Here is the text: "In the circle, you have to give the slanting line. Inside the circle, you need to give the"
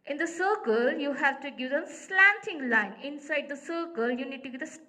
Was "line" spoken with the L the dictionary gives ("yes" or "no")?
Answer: yes